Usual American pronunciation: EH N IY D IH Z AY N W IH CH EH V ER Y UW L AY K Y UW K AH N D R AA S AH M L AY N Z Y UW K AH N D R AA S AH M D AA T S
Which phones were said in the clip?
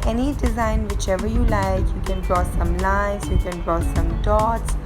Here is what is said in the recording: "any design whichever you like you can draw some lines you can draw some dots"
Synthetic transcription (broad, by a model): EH N IY D IH Z AY N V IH CH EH V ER Y UW L AY K Y UW K AH N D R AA S AH M L AY Z Y UW K AH N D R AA S AH M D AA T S